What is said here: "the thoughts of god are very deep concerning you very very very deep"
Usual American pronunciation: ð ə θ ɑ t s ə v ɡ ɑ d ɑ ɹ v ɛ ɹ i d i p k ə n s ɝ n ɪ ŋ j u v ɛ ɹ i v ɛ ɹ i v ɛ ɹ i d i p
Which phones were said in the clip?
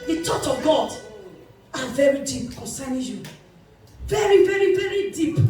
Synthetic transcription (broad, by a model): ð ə t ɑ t ə ɡ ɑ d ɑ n v ɛ ɹ i d i p k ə n s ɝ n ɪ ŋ j u v ɛ ɹ i v ɛ ɹ i v ɛ ɹ i d i p